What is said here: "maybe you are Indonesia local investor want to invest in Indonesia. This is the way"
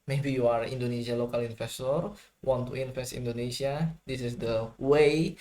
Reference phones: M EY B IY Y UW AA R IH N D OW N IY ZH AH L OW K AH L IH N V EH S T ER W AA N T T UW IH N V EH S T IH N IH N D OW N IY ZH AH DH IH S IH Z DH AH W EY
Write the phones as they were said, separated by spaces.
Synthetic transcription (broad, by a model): M EY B IY Y UW AA R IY N D OW N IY S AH L OW K AH L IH N F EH S T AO W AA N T T UW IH N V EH S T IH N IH N D OW N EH S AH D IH S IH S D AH W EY